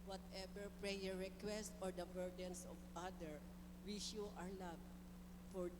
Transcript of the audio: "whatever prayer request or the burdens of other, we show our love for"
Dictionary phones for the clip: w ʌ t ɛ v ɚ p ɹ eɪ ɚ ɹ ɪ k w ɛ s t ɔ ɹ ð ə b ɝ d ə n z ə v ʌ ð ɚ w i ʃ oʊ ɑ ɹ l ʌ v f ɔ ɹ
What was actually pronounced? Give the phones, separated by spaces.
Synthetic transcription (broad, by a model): w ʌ t ɛ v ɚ p ɹ eɪ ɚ ɹ ɪ k w ɛ s t ɔ ɹ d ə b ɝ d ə n s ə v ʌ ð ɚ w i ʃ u ɑ ɹ l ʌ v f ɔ ɹ